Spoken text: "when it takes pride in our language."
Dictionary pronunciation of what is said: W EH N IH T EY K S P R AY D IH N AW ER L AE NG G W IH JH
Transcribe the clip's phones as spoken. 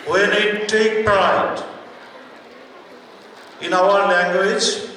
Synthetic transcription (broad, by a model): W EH N IH T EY K P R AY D IH N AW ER L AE NG G W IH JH